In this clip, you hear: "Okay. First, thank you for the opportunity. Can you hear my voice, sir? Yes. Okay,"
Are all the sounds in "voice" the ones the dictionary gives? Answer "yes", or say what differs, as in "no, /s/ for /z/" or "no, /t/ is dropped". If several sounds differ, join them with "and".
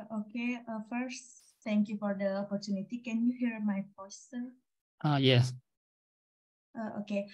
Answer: no, /p/ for /v/